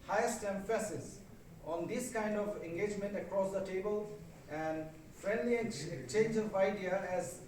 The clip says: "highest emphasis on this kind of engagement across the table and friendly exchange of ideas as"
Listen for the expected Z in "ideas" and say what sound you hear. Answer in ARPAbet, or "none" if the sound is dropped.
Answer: none